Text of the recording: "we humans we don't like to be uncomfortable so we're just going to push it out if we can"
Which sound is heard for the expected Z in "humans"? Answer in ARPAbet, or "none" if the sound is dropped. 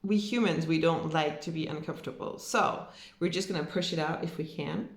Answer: Z